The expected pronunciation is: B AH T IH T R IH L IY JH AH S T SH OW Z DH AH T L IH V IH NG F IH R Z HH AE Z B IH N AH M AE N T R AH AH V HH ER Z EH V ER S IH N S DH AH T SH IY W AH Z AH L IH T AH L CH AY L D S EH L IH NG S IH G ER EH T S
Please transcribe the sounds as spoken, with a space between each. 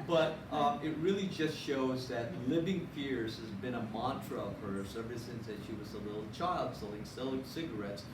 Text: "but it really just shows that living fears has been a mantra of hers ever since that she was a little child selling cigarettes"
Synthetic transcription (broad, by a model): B AH T IH T R IH L IY JH AH S T SH OW Z DH AH T L IH V IH NG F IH R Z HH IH Z B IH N AH M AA N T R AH AH V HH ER S EH V ER S IH N S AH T SH IY W AH Z AH L IH T L CH AY L D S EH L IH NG S IH G ER EH T S